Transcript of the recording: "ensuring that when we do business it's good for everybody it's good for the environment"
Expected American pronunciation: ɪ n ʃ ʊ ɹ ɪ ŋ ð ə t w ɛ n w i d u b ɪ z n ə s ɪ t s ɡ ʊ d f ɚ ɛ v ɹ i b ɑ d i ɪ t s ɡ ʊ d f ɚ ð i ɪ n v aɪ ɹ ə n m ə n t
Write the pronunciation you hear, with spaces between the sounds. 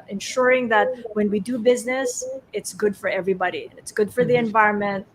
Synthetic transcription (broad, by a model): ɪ n ʃ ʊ ɹ ɪ ŋ ð ə t w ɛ n w i d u b ɪ z n ə s ɪ t s ɡ ʊ d f ɚ ɛ v ɹ i b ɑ d i ɪ t s ɡ ʊ d f ɚ ð i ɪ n v aɪ ɹ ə n m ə n t